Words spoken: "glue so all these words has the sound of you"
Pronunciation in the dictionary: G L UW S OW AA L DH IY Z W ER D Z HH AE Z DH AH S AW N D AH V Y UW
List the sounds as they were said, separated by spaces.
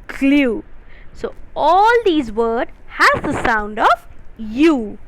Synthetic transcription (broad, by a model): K L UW S OW AA L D IY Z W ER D HH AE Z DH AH S AW N D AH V Y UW